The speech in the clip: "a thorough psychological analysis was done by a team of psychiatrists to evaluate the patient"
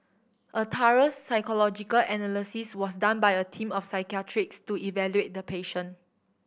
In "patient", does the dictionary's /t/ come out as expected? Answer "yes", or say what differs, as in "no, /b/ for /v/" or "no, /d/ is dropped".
no, /t/ is dropped